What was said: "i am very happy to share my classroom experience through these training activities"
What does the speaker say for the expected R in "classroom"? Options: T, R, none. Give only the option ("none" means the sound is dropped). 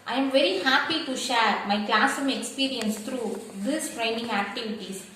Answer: none